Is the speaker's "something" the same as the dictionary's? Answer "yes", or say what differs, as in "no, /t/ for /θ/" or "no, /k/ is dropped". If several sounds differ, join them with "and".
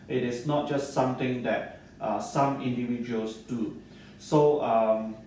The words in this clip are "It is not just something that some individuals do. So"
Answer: no, /t/ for /θ/